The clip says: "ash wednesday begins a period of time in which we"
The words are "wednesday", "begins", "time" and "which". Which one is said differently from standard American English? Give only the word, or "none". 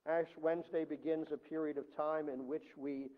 none